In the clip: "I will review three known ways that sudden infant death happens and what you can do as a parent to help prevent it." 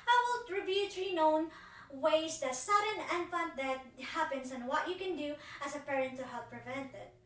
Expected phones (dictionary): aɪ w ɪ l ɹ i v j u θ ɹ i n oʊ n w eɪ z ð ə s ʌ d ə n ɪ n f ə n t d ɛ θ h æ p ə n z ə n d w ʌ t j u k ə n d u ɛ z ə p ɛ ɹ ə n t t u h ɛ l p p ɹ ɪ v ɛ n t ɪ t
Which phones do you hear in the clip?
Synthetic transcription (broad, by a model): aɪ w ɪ l ɹ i b j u t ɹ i n oʊ n w eɪ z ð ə s ʌ d ə n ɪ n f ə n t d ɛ t h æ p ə n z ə n w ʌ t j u k ə n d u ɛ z ə p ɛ ɹ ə n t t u h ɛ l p p ɹ ɪ v ɛ n t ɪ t